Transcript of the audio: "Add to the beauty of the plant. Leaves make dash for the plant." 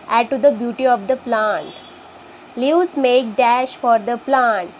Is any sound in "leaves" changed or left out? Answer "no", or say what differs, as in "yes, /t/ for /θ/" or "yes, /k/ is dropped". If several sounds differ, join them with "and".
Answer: yes, /v/ is dropped